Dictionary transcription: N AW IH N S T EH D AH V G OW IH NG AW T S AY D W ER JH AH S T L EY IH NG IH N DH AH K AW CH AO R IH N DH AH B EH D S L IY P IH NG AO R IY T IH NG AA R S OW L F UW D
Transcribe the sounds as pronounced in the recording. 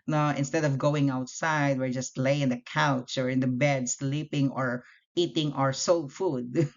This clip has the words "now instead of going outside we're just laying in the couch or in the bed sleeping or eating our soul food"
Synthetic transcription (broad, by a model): N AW IH N S T EH D AH V G OW IH NG AW T S AY D W ER JH AH S T L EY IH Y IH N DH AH K AW CH AO R IH N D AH B EH D S L IY P IH NG AO R IY T IH NG AA R S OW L F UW D